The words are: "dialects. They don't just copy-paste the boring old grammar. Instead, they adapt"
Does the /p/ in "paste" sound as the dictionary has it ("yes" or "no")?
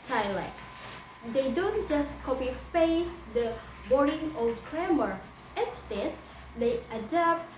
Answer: no